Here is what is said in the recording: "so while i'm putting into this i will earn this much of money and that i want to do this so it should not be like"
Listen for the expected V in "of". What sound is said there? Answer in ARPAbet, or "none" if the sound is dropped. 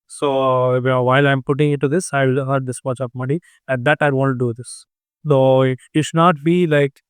P